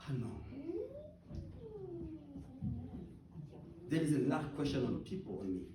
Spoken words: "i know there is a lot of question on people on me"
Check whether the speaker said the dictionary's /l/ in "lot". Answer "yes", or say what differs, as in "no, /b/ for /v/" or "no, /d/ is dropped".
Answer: no, /n/ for /l/